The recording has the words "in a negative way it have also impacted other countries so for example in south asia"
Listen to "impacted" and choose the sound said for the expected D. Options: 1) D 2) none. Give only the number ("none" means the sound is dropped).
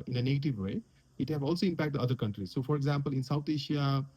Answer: 2